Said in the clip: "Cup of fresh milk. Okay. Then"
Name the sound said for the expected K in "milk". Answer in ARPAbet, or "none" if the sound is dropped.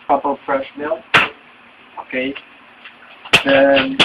none